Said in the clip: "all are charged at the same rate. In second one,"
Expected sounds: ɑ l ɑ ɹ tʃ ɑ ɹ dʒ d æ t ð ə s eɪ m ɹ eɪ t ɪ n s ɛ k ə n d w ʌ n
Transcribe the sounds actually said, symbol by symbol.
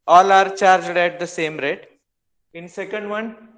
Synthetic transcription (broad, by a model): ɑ l ɑ ɹ tʃ ɑ ɹ dʒ d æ t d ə s eɪ m ɹ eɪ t ɪ n s ɛ k ə n d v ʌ n